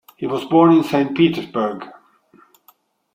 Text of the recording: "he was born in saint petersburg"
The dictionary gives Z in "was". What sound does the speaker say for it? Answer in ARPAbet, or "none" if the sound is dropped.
Z